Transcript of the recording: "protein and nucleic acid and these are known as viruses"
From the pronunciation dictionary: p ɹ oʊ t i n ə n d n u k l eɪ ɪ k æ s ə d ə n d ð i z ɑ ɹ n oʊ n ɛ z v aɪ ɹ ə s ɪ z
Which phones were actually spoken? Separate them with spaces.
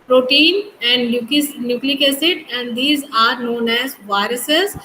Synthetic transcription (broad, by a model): p ɹ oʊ t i n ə n d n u k l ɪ k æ s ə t ə n d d i z ɑ ɹ n oʊ n ɛ z v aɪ ɹ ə s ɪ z